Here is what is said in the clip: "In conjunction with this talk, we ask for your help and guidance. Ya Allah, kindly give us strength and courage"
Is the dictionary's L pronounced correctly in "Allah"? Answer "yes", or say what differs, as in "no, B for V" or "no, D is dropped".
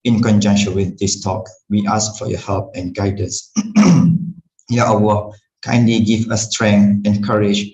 no, W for L